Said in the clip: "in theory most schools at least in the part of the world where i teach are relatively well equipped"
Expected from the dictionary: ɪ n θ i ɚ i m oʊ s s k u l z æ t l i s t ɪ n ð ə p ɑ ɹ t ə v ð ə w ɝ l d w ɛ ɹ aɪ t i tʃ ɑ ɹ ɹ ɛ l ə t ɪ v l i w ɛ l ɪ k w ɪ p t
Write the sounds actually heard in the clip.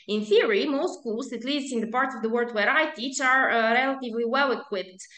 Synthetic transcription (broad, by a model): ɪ n θ i ɚ i m oʊ s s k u l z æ t l i s t ɪ n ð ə p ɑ ɹ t ə v ð ə w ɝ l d w ɛ ɹ aɪ t i tʃ ɑ ɹ ɹ ɛ l ə t ɪ v l i w ɛ l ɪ k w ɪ p t